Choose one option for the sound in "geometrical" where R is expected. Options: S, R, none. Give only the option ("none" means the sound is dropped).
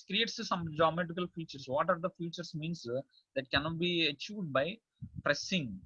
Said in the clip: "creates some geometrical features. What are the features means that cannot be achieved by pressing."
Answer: none